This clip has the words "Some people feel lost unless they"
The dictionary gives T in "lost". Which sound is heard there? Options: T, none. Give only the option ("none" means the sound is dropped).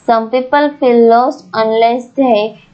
none